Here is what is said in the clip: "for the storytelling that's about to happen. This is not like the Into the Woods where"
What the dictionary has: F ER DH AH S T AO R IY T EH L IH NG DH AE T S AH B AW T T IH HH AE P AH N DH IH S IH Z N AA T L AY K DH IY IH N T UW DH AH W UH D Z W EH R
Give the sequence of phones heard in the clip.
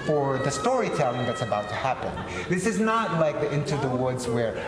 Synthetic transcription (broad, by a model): F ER DH AH S T AO R IY T EH L IH NG DH AE T S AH B AW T T IH HH AE P AH N DH IH S IH Z N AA T L AY K DH IY IH N T UW DH AH W UH D Z W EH R